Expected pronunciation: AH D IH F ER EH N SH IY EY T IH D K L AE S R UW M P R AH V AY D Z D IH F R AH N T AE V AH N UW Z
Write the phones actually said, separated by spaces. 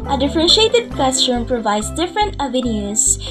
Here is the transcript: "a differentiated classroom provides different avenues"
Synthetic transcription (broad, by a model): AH D IH F ER EH N SH IY EY T IH D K EH S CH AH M P R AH V AY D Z D IH F R AH N T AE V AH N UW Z